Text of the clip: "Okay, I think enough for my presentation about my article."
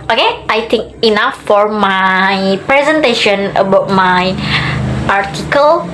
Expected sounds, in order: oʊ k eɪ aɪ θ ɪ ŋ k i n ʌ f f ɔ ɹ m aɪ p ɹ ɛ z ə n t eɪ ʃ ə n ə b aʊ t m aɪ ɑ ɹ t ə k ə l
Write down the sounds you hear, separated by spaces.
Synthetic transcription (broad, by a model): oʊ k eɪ aɪ t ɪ ŋ k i n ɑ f f ɔ ɹ m aɪ p ɹ ɛ z ə n t eɪ ʃ ə n ə b aʊ t m aɪ ɑ ɹ t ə k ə l